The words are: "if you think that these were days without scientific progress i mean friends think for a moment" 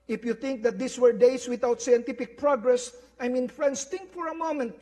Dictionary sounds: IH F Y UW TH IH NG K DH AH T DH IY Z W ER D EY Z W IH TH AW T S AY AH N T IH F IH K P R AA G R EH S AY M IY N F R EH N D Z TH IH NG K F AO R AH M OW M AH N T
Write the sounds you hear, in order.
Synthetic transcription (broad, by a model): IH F Y UW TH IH NG K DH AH T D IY S W ER D EY S W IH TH AW T S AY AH N T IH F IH K P R AA G R EH S AY M IY N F R EH N D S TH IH NG K F AO R AH M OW M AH N T